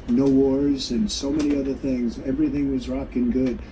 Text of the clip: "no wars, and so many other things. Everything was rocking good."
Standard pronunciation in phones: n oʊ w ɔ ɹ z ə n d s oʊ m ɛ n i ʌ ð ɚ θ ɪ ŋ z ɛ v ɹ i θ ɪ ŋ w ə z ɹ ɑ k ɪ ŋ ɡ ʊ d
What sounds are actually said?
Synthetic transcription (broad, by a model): n oʊ w ɔ ɹ z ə n s oʊ m ɛ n i ʌ ð ɚ θ ɪ ŋ z ɛ v ɹ i θ ɪ ŋ w ə z ɹ ɑ k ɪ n ɡ ʊ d